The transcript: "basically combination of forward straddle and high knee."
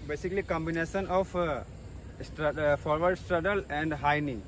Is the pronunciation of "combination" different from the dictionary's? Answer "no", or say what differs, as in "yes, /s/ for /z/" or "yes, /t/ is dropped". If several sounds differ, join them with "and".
yes, /s/ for /ʃ/